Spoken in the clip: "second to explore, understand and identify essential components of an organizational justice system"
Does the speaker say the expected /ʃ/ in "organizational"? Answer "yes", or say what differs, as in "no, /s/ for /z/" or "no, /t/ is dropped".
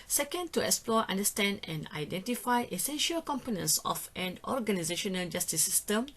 yes